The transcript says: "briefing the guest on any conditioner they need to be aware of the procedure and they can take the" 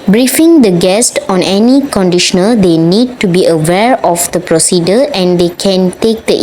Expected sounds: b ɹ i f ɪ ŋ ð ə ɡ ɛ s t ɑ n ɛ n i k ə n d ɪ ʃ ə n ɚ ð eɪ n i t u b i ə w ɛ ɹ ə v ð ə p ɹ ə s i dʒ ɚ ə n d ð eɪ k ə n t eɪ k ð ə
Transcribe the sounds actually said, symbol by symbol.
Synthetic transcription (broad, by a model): b ɹ i f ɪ ŋ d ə ɡ ɛ s t ɑ n ɛ n i k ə n d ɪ ʃ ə n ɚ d eɪ n i t u b i ə w ɛ ɹ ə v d ə p ɹ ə s i dʒ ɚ ə n d eɪ k ə n t eɪ k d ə